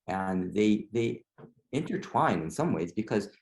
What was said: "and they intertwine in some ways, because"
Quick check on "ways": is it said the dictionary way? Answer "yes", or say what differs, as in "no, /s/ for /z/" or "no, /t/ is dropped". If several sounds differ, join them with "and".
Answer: yes